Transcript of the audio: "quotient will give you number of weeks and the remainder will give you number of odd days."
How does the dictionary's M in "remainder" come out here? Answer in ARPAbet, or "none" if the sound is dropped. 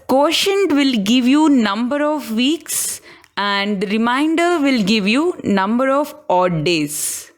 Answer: none